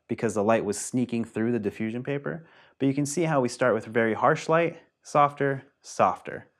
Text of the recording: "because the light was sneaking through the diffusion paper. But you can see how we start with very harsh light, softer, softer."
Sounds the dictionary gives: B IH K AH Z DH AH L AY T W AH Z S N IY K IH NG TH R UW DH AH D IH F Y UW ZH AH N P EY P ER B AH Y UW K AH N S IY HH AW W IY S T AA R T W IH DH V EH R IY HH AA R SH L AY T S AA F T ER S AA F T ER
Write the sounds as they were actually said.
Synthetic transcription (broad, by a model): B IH K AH Z DH AH L AY T W AH Z S N IY K IH NG TH R UW DH AH D IH F Y UW ZH AH N P EY P ER B AH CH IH K AH N S IY HH AW W IY S T AA R T W IH DH V EH R IY HH AA R SH L AY T S AA F T ER S AA F T ER